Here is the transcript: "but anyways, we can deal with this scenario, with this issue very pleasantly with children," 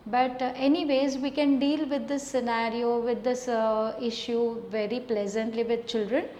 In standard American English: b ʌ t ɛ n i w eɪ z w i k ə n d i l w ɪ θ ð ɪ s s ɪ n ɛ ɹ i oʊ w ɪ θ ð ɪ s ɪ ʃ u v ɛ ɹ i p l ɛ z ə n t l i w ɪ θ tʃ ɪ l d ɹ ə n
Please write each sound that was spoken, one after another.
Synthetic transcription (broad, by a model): b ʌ t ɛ n i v eɪ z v i k ə n d i l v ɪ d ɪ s s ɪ n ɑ ɹ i oʊ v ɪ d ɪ s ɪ ʃ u v ɛ ɹ i p l ɛ z ə n t l i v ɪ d tʃ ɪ l d ɹ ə n